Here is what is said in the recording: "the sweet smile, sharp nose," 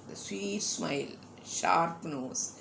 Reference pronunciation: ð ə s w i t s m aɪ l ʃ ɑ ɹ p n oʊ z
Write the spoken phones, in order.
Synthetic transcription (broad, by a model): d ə s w i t s m aɪ l ʃ ɑ ɹ p n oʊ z